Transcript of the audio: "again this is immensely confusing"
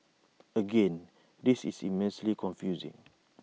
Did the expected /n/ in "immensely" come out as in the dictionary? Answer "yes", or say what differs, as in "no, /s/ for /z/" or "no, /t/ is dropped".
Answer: yes